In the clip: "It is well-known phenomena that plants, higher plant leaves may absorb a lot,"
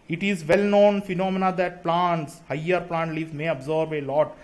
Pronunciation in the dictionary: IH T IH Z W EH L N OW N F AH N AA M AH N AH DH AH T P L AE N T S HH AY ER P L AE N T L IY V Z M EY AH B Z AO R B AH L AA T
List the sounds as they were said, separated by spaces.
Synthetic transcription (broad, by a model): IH T IH Z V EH L N OW N F AH N AA M AH N AH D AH T P L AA N T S HH AY ER P L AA N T L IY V M EY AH B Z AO R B AH L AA T